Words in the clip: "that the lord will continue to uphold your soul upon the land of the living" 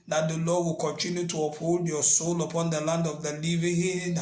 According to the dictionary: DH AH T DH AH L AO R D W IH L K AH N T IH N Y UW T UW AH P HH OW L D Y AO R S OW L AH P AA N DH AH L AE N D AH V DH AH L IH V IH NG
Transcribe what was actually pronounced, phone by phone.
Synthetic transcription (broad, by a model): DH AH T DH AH L AO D W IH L K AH N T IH N Y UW T UW AH P HH OW L D Y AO S OW L AH P AA N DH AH L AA N D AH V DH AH L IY V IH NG